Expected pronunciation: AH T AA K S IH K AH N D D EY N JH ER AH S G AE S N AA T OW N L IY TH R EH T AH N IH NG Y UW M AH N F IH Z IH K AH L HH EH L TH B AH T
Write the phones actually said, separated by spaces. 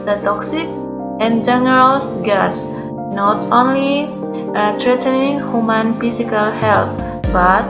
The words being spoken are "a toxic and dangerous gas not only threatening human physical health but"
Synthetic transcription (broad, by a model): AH T AA K S IH K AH N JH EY N ER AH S G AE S N AA T OW N L IY T R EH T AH N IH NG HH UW M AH N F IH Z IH K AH L HH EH L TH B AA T